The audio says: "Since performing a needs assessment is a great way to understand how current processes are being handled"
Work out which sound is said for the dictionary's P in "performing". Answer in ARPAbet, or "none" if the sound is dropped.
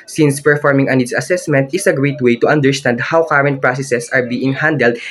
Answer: P